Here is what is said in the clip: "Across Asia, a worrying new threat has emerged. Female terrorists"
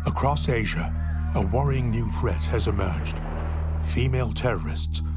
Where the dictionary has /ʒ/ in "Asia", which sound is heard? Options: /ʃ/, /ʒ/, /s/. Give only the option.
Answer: /ʒ/